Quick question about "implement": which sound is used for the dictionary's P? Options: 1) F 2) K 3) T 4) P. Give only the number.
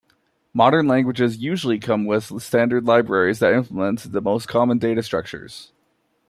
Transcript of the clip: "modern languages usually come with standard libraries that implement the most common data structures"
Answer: 1